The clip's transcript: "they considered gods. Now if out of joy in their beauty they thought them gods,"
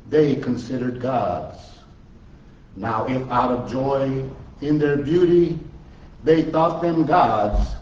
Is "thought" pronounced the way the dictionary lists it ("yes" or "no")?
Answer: yes